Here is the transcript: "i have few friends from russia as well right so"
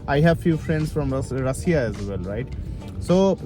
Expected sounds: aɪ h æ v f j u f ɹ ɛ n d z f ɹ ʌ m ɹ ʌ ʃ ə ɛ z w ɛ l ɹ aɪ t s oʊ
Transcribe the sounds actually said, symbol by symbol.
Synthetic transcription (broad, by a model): aɪ h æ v f j u f ɹ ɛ n d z f ɹ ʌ m ɹ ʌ s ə ɛ z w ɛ l ɹ aɪ t s oʊ